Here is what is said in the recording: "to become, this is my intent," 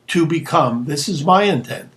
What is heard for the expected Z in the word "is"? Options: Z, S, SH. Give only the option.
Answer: Z